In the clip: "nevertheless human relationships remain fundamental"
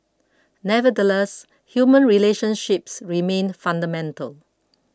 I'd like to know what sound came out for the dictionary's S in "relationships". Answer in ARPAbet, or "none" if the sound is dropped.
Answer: S